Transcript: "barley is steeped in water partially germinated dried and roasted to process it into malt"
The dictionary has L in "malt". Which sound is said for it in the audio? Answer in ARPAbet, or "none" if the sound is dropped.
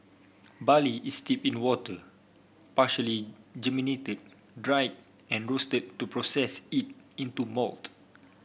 L